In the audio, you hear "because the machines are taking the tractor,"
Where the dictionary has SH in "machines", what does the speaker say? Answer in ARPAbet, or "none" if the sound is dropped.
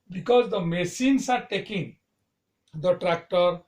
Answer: S